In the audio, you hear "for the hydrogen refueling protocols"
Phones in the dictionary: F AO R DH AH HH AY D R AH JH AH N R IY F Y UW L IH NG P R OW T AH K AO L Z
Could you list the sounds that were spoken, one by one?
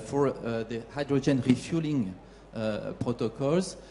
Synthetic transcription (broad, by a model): F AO R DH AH HH AY D R AH JH AH N R IY F Y UW L IH NG P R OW T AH K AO L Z